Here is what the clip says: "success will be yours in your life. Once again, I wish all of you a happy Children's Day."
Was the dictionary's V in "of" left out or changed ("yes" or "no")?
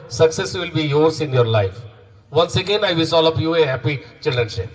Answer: yes